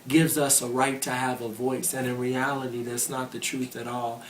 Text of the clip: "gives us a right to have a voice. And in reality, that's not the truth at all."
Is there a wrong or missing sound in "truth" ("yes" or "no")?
no